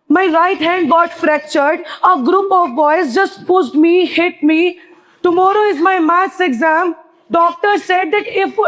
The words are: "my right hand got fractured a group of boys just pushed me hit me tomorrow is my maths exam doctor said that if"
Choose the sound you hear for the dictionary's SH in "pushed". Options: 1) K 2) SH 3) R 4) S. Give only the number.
4